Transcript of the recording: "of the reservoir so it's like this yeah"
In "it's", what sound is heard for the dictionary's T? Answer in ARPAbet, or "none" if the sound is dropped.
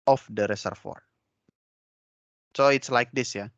T